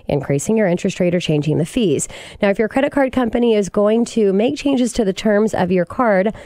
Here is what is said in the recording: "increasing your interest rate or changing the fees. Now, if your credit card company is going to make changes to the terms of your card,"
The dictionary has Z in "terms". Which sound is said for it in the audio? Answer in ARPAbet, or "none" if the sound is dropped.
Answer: Z